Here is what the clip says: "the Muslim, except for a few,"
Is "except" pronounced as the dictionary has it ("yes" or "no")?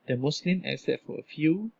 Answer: no